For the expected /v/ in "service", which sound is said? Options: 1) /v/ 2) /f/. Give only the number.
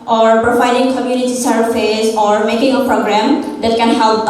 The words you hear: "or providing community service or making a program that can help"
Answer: 2